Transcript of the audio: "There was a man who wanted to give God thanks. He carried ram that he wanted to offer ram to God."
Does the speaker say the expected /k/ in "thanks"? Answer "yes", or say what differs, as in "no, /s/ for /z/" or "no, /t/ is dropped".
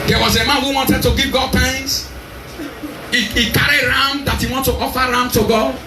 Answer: no, /k/ is dropped